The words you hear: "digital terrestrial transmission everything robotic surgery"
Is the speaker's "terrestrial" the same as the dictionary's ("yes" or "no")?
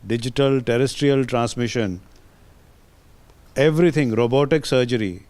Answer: yes